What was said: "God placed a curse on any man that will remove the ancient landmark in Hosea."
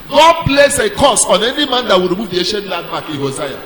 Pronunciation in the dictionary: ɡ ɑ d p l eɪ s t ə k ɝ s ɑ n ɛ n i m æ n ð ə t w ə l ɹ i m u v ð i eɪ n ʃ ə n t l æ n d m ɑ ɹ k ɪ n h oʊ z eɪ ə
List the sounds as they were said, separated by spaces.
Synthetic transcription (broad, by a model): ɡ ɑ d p l eɪ s ə k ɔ s ɑ n ɛ n i m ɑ n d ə t w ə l ɹ i m u v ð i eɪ ʃ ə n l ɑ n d m ɑ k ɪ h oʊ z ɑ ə